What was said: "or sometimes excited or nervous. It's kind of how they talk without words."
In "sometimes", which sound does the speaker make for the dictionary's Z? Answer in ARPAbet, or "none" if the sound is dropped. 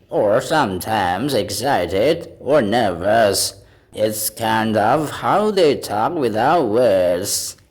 Z